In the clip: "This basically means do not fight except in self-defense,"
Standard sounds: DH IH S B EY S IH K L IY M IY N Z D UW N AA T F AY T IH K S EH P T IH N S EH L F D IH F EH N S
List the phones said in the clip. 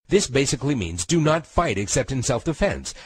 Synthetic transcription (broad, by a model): DH IH S B EY S IH K L IY M IY N Z D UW N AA T F AY T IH K S EH P T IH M S EH L F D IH F EH N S